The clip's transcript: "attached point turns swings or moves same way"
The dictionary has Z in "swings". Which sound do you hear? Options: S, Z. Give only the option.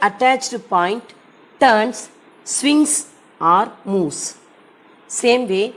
S